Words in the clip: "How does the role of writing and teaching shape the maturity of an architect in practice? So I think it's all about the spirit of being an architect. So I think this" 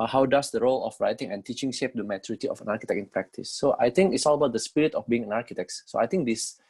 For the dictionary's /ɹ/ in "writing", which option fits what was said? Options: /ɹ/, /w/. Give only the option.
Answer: /ɹ/